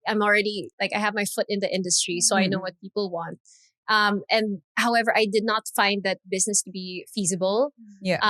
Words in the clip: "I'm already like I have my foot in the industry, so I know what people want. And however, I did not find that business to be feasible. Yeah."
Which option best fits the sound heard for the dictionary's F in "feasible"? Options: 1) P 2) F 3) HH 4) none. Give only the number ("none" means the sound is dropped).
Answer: 2